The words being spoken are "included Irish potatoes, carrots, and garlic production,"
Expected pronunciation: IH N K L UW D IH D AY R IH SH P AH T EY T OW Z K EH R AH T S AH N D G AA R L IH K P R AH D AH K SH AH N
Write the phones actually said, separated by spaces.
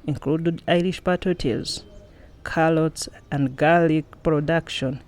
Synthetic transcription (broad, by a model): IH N K L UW D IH D AY R IH SH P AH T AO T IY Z K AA L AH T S AH N D G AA L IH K P R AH D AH K SH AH N